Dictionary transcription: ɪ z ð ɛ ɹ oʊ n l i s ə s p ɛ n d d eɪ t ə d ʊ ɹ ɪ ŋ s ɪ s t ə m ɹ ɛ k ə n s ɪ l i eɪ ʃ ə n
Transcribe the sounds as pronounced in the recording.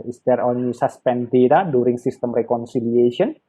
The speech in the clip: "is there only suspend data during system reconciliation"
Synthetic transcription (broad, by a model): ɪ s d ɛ ɹ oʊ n i s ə s p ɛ n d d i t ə d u ɹ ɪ ŋ s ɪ s t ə m ɹ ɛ k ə n s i l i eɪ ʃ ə n